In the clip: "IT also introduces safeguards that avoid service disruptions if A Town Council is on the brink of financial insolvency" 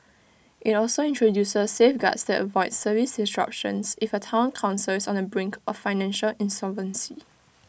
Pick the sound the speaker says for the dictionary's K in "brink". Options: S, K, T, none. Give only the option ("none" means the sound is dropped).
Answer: K